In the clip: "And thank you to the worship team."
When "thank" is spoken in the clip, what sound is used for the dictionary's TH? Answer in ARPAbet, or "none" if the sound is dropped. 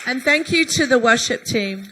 TH